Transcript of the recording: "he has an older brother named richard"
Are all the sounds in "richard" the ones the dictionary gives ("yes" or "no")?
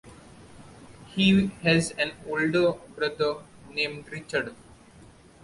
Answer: yes